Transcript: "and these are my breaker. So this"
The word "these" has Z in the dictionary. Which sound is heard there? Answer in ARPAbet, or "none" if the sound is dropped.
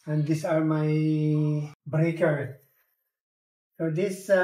S